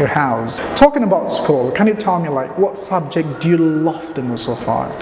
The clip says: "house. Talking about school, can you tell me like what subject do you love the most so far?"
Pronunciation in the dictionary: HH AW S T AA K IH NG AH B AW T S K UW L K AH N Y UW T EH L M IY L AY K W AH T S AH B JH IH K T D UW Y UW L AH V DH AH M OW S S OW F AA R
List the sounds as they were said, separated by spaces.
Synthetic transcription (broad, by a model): HH AW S T AA K IH NG AH B AW T S K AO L K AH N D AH T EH L M IY L AY K W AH T S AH B JH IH K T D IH Y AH L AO F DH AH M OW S S OW F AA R